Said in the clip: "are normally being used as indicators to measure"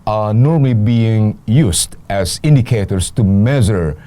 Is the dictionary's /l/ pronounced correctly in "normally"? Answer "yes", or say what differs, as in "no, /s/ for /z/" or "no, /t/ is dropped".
yes